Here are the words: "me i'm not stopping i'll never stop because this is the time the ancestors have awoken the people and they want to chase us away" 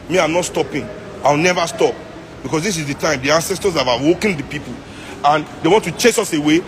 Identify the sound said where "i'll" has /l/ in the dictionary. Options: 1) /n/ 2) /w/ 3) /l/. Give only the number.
2